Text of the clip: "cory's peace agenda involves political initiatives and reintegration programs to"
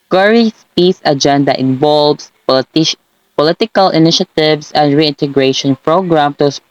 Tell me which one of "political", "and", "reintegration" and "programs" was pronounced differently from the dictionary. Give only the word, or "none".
programs